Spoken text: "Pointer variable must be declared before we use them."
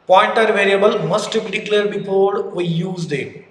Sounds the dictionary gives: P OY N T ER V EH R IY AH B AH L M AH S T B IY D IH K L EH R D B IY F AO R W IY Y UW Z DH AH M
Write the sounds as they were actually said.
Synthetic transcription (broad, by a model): P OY N T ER V EH R IY AH B AH L M AH S T B IY D IH K L EH R D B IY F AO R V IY Y UW Z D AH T